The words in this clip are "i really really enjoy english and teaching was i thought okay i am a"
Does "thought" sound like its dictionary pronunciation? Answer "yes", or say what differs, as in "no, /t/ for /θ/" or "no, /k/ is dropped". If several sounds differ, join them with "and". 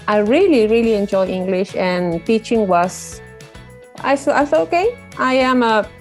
no, /s/ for /θ/